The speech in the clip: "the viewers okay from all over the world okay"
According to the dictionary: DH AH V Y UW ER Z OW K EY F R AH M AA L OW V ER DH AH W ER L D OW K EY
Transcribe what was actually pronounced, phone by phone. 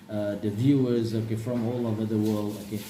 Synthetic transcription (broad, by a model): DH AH V Y UW ER Z OW K EY F R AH M AA L OW V ER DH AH W ER L D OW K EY